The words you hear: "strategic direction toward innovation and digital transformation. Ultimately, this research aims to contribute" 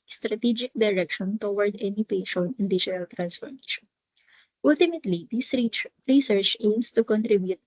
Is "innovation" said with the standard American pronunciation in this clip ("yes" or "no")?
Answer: no